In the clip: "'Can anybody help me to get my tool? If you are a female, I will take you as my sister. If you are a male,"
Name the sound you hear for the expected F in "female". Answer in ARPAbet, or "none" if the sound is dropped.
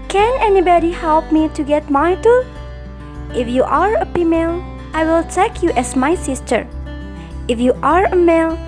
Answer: P